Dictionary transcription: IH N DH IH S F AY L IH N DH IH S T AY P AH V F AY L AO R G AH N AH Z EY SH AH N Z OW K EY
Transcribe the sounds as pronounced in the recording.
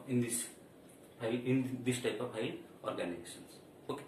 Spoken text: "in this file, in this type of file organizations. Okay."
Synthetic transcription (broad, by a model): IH N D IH S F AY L IH N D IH S T AY P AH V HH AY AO R G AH N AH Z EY S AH N S OW K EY